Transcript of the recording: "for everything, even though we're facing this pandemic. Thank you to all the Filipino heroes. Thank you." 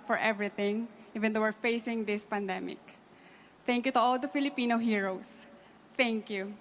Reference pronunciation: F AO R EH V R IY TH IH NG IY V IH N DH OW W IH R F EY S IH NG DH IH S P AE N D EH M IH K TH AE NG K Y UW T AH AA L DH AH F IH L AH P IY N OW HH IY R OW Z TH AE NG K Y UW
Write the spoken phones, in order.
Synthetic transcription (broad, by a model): F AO R EH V R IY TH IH NG IY V IH N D OW W IH R F EY S IH NG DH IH S P AE N D EH M IH K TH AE NG K Y UW T AH AA L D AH F IH L AH P IY N OW HH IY R OW S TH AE NG K Y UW